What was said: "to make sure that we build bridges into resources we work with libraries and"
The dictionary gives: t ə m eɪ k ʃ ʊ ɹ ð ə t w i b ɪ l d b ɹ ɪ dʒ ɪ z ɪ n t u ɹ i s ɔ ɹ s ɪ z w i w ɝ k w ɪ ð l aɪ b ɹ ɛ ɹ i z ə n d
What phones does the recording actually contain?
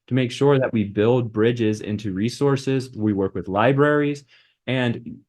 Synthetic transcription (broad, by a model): t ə m eɪ k ʃ ʊ ɹ ð ə t w i b ɪ l d b ɹ ɪ dʒ ɪ z ɪ n t u ɹ i s ɔ ɹ s ɪ z w i w ɝ k w ɪ ð l aɪ b ɹ ɛ ɹ i z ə n